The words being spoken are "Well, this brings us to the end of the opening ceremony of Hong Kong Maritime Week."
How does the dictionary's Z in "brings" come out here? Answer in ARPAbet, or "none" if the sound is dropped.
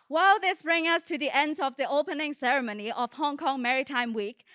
none